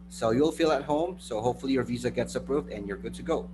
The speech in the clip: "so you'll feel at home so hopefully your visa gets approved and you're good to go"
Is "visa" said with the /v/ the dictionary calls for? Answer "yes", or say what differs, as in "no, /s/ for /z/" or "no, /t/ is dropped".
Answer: yes